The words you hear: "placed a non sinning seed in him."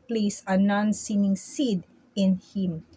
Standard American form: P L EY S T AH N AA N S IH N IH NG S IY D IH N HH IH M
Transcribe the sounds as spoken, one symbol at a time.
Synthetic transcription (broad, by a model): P L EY S AH N AA N S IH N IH NG S IY D IH N HH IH M